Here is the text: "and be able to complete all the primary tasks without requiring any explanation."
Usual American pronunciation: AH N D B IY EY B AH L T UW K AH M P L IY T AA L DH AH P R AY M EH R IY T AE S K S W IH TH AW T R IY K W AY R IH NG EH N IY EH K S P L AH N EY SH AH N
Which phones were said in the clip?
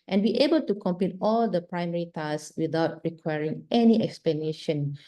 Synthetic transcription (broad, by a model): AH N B IY EY B AH L T UW K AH M P IY T AA L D AH P R AY M EH R IY T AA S S W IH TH AW T R IY K W AY R IH NG EH N IY EH K S P L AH N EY SH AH N